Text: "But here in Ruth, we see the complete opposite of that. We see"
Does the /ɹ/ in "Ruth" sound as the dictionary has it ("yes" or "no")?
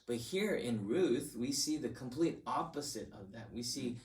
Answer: yes